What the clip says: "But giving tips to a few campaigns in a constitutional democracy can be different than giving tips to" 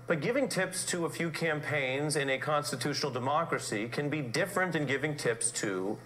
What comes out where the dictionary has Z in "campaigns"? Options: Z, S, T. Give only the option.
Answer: Z